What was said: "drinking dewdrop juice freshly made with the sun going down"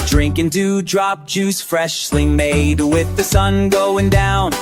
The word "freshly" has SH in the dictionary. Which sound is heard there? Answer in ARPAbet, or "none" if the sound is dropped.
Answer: SH